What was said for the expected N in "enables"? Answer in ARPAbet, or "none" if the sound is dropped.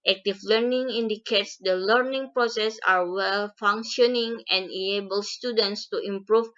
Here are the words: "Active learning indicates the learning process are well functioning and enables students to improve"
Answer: none